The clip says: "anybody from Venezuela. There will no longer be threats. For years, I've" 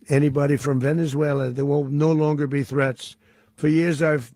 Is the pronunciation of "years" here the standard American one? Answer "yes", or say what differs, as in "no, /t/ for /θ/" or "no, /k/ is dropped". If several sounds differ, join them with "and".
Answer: yes